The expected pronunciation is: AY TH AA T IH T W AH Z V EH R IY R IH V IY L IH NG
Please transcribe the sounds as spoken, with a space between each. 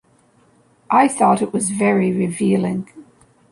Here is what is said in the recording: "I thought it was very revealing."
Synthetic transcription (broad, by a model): AY TH AA T IH T W AH Z V EH R IY R IH V IY L IH NG